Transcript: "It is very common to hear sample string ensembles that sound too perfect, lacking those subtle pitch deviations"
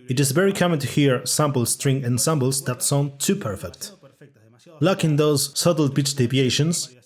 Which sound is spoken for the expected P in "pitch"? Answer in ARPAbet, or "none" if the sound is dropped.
B